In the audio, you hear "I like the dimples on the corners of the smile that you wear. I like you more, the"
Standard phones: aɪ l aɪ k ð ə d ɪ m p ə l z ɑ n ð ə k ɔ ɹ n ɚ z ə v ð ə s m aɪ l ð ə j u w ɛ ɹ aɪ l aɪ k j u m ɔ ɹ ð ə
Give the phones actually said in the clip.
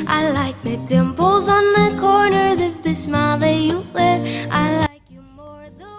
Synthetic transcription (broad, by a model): aɪ l aɪ k ð ə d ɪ m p l z n ð ə k ɔ ɹ n ɚ z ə f ð ə s m aɪ l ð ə j u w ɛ ɹ aɪ l aɪ k j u m ɔ ɹ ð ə